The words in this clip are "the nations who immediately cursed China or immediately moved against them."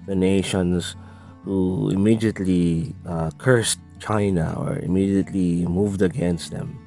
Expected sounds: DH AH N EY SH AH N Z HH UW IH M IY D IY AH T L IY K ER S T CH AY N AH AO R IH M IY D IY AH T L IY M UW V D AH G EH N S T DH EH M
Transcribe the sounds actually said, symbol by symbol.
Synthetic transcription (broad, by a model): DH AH N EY SH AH N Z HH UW IH M IY D IY AH T L IY K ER S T CH AY N AH AO R IH M IY D IY AH T L IY M UW V D AH G EH N S T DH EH M